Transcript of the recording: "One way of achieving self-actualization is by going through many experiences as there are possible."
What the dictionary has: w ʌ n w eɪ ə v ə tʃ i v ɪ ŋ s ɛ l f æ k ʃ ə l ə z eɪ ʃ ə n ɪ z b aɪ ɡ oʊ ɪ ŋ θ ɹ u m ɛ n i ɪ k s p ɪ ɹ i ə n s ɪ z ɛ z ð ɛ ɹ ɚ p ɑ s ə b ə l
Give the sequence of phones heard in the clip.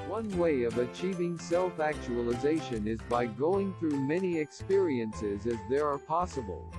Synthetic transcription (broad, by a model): w ʌ n w eɪ ə v ə tʃ i v ɪ ŋ s ɛ l f æ k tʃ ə l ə z eɪ ʃ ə n ɪ z b aɪ ɡ oʊ ɪ ŋ θ ɹ u m ɛ n i ɪ k s p ɪ ɹ i ə n s ɪ z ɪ z ð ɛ ɹ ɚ p ɑ s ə b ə l